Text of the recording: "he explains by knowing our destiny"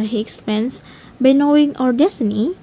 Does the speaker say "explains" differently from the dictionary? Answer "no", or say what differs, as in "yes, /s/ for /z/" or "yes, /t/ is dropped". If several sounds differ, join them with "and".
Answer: yes, /l/ is dropped and /s/ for /z/